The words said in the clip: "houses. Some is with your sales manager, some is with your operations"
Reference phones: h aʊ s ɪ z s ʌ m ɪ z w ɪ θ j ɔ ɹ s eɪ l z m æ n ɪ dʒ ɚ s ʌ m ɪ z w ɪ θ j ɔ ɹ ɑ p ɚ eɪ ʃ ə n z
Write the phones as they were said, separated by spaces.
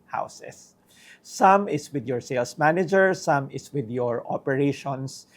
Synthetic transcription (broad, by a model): h aʊ s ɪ s ʌ m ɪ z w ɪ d j ɔ ɹ s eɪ l s m æ n ɪ dʒ ɚ s ʌ m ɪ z w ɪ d j ɔ ɹ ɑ p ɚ eɪ ʃ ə n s